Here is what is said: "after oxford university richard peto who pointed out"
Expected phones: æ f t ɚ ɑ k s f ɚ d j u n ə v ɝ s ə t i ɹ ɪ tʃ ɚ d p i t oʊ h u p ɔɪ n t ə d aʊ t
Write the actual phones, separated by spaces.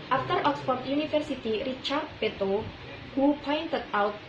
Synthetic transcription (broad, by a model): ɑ f t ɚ ɑ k s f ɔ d j u n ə f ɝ s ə t i ɹ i tʃ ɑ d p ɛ t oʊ h u p ɔɪ n t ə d aʊ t